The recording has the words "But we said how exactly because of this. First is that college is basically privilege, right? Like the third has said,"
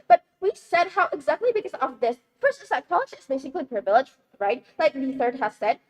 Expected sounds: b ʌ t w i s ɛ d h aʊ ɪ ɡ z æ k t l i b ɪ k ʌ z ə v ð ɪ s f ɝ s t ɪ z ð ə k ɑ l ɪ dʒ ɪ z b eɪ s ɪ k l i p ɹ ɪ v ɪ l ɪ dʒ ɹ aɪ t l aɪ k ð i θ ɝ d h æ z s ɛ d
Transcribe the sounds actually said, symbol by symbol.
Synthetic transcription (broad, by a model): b ʌ t w i s ɛ d h aʊ ɪ ɡ z æ k t l i b ɪ k ʌ z ə v ð ɪ s p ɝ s ɪ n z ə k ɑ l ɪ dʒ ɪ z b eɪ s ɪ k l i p ɹ v ɪ l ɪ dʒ ɹ aɪ t l aɪ k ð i θ ɝ d h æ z s ɛ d